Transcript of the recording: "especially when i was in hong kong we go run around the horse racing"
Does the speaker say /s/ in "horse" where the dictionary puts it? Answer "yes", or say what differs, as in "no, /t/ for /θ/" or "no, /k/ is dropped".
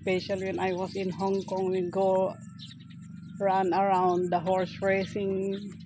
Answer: yes